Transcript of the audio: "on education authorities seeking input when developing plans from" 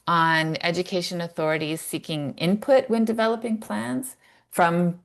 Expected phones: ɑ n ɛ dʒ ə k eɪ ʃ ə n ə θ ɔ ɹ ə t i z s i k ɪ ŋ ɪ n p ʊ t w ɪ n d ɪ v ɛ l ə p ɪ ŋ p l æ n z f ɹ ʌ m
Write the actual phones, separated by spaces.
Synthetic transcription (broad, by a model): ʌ n ɛ dʒ ə k eɪ ʃ ə n ə θ ɔ ɹ ə t i z s i k ɪ ŋ ɪ n p ʊ t w ɪ n d ɪ v ɛ l ə p ɪ ŋ p l æ n z f ɹ ʌ m